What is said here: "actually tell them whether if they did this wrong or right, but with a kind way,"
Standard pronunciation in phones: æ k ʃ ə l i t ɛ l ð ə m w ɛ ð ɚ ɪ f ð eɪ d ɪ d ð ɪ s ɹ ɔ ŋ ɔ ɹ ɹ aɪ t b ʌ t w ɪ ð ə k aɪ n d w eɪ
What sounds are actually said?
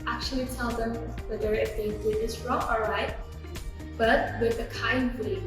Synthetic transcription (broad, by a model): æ k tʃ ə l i t ɛ l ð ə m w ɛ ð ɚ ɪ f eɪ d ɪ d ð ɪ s ɹ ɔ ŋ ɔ l ɹ aɪ t b ʌ t w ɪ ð ə k aɪ n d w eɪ